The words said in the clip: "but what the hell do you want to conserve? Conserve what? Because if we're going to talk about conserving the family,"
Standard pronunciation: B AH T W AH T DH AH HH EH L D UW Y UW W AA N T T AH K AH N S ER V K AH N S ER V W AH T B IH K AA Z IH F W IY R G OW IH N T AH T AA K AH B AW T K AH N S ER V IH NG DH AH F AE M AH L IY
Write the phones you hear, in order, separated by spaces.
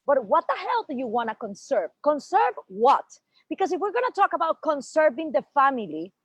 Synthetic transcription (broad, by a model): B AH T W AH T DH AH HH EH L D UW Y UW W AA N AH K AH N S ER V K AH N S ER V W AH T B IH K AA S IH F W IY R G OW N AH T AA K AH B AW T K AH N S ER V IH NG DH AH F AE M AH L IY